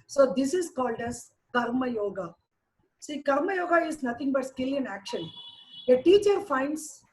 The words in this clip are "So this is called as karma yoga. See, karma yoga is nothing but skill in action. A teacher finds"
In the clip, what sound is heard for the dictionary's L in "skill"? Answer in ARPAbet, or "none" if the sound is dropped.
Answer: L